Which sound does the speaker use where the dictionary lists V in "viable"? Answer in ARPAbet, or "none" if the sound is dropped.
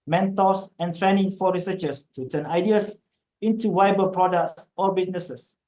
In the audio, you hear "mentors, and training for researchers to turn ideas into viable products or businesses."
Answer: W